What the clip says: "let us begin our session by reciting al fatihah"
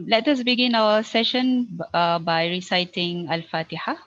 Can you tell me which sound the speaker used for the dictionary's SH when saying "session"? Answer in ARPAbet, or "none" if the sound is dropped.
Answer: SH